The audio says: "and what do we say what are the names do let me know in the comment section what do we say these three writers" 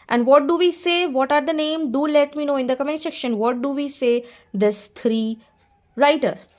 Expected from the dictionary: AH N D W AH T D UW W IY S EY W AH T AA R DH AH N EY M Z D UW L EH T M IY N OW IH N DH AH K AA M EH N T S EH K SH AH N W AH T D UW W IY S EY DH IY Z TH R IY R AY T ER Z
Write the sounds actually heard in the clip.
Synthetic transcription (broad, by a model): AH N D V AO T D UW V IY S EY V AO T AA R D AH N EY M D UW L EH T M IY N OW IH N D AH K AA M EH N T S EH K SH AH N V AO T D UW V IY S EY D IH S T R IY R AY T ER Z